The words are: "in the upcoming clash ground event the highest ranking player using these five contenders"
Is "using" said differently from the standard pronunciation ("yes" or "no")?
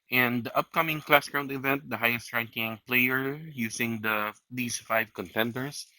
yes